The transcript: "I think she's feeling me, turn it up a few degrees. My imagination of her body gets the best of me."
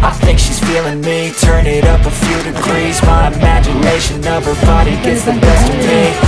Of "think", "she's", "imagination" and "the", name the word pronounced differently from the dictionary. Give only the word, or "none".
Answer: none